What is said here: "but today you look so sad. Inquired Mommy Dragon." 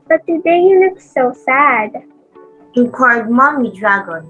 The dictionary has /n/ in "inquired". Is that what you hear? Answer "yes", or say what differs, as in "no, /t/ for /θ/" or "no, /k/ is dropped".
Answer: no, /n/ is dropped